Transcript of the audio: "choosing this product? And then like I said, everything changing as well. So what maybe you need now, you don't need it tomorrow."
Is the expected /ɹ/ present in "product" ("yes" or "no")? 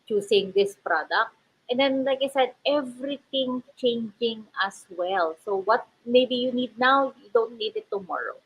yes